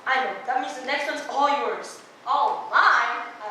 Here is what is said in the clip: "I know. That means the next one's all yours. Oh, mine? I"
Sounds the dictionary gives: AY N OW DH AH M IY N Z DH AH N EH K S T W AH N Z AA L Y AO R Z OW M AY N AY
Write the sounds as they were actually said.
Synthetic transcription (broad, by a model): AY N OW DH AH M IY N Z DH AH N EH K S T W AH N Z AA L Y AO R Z OW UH L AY